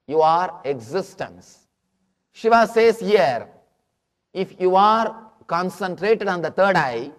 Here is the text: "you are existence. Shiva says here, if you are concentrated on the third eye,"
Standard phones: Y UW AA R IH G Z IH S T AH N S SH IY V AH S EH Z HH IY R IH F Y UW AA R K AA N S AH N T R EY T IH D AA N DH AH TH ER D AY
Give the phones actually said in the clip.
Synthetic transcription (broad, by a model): Y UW AA R IH G Z IH S T AH N S SH IY V AH S EH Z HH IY R IH F Y UW AA R K AA N S AH N T R EY T IH D AA N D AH T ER D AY